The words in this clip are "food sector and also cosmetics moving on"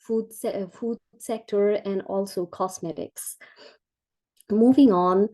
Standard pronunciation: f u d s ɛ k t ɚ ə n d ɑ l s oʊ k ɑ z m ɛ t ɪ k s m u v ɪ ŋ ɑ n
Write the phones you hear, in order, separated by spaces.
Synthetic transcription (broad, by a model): f u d s ɛ k t ɚ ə n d ɑ l s oʊ k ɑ s m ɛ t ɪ k s m u v ɪ ŋ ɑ n